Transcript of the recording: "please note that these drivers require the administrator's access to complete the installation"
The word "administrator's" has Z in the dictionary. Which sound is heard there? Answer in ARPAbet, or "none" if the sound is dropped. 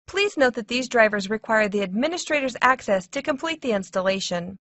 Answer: Z